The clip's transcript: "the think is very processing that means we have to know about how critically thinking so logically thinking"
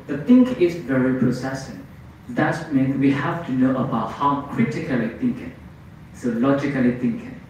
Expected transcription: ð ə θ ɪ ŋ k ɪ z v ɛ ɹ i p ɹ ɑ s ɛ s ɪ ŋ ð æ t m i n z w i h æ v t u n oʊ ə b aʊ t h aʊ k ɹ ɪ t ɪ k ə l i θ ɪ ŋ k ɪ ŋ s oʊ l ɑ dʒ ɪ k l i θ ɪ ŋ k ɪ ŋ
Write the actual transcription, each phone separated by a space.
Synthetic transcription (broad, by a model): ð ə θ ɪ ŋ k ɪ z v ɛ ɹ i p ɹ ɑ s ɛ s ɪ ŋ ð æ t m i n w i h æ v t u n oʊ ə b aʊ t h aʊ k ɹ ɪ t ɪ k ə l i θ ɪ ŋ k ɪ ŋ s oʊ l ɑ dʒ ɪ k l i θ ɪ ŋ k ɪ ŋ